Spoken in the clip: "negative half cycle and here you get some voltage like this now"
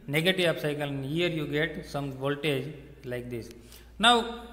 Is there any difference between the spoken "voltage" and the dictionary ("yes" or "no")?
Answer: no